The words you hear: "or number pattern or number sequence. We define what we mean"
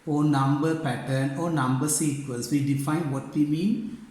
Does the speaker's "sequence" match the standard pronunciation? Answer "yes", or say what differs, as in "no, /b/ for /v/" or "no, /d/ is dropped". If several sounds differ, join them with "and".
no, /l/ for /n/